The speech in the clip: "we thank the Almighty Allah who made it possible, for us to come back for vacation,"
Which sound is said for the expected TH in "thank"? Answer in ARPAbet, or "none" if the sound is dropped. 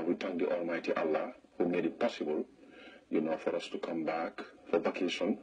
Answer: T